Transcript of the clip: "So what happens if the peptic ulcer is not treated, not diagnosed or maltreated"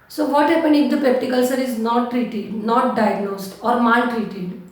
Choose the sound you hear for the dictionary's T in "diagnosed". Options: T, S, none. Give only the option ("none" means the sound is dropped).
T